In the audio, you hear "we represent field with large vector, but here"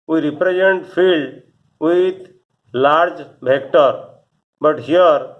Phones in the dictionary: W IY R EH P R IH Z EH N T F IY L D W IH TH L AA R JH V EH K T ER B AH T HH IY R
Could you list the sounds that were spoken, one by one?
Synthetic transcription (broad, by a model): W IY R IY P R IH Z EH N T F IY L D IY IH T L AA R JH B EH K T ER B AH T HH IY R